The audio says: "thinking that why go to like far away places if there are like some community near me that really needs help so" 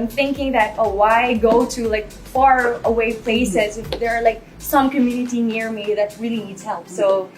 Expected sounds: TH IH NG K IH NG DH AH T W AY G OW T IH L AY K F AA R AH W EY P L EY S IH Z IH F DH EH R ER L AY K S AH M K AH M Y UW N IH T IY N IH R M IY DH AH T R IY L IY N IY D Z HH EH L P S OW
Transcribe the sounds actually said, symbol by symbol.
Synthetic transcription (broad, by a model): TH IH NG K IH NG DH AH T W AY G OW T IH L AY K F AA R AH W EY P L EY S IH Z IH F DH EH R L AY K S AH M K AH M Y UW N IH T IY N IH R M IY DH AH T R IY L IY N IY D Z HH EH L P S OW